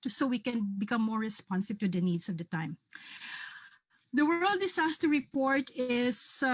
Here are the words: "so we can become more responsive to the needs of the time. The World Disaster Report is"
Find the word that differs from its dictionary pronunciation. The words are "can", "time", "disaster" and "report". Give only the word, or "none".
disaster